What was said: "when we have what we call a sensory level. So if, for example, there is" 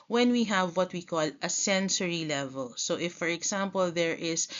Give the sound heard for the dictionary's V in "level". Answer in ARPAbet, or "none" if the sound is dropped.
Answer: V